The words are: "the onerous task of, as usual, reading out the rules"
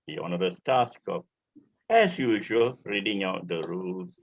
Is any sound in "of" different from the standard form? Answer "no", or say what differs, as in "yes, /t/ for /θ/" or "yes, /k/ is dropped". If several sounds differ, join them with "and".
yes, /p/ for /v/